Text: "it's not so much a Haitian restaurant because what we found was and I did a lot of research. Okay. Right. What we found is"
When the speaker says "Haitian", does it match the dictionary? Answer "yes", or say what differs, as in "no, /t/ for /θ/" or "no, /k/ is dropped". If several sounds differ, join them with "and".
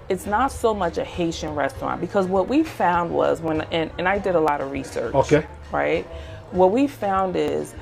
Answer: yes